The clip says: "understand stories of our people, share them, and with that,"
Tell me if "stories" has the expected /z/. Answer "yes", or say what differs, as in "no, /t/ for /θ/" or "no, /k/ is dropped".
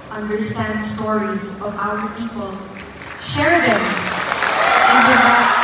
yes